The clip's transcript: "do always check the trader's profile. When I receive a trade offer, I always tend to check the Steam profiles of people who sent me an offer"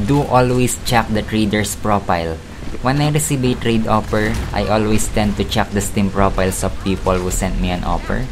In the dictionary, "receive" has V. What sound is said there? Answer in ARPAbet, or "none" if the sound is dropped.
B